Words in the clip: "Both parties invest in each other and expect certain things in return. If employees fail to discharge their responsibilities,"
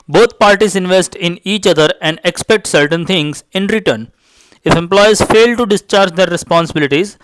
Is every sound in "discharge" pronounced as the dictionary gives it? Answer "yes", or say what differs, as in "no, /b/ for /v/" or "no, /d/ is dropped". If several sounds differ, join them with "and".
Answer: yes